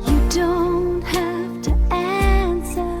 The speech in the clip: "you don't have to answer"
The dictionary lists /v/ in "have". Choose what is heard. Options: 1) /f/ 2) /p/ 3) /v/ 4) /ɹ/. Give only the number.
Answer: 1